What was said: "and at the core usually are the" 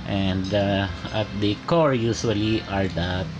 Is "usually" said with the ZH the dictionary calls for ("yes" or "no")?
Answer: no